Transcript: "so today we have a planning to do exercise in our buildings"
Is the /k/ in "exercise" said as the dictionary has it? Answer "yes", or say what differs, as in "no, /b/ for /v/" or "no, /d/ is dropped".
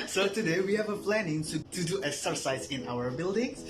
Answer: no, /k/ is dropped